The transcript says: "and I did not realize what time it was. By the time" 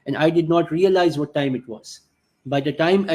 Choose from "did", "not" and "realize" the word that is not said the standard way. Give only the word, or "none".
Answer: none